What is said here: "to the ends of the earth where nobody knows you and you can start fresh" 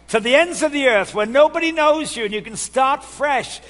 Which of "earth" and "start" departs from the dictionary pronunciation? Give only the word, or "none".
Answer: none